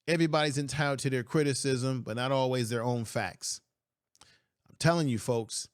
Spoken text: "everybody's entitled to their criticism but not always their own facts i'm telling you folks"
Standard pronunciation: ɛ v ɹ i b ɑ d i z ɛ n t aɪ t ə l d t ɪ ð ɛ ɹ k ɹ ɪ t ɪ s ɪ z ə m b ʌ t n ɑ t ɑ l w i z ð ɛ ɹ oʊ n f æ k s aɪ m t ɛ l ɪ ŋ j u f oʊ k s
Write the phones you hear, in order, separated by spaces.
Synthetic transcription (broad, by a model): ɛ v ɹ i b ɑ d i z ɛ n t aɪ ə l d t ɪ ð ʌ ɹ k ɹ ɪ t ɪ s ɪ z ə m b ʌ t n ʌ t ɑ l w i z ð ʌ ɹ oʊ n f æ k s aɪ m t ɛ l ɪ ŋ j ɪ f oʊ k s